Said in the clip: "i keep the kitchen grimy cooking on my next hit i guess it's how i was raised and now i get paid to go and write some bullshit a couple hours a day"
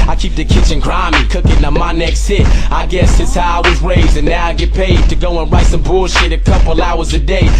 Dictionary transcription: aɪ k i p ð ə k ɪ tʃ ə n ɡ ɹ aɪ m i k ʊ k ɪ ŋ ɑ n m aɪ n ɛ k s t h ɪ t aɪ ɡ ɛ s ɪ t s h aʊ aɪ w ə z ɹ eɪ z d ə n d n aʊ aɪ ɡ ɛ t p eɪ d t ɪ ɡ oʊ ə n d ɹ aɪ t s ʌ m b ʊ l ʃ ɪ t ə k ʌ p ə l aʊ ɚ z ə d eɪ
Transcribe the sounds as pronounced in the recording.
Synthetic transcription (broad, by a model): aɪ k i p ð ə k ɪ tʃ ə n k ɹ aɪ m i k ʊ k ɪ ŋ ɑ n m aɪ n ɛ k s t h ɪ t aɪ ɡ ɛ s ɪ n s h aʊ aɪ w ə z ɹ eɪ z ə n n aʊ aɪ ɡ ɛ t p eɪ d t ɪ ɡ oʊ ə n ɹ aɪ t s ʌ m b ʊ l ʃ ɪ t ə k ʌ p l aʊ ɚ z ə d eɪ